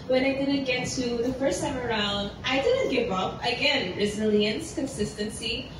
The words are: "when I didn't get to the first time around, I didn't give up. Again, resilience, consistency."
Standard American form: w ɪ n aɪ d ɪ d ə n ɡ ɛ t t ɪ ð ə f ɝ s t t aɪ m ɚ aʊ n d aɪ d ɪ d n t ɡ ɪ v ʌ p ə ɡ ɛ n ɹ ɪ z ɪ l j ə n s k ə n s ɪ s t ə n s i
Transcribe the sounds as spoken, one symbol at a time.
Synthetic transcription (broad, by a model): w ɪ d aɪ d ɪ d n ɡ ɛ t t ɪ ð ə f ɝ s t t aɪ m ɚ aʊ n d aɪ d ɪ d n t ɡ ɪ v ʌ p ə ɡ ɛ n ɹ ɪ z ɪ l j ə n s k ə n s ɪ s t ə n s i